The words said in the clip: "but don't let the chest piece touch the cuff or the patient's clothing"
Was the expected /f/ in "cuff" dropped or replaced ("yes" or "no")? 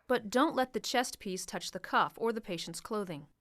no